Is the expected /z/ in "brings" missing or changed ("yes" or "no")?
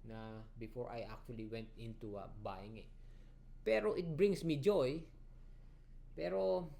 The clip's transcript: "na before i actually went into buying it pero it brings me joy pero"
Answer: yes